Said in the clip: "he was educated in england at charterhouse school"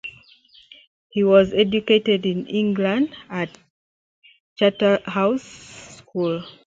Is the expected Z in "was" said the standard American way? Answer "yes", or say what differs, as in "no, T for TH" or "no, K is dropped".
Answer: yes